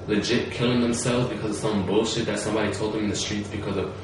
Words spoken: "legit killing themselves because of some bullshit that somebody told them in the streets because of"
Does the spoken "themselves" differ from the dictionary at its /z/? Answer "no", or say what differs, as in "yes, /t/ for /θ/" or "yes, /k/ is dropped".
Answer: no